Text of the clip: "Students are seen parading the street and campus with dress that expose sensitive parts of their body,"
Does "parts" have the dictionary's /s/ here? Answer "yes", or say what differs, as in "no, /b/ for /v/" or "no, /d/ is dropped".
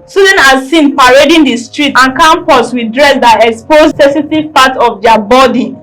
no, /s/ is dropped